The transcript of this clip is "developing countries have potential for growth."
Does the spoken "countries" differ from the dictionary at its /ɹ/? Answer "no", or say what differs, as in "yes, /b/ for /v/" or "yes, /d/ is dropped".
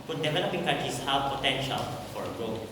yes, /ɹ/ is dropped